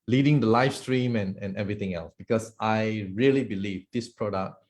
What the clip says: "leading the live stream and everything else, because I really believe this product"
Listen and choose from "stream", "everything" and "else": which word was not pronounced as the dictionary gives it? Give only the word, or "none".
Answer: everything